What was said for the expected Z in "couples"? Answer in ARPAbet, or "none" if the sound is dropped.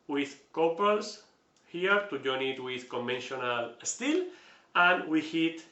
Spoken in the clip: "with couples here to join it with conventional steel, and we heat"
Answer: S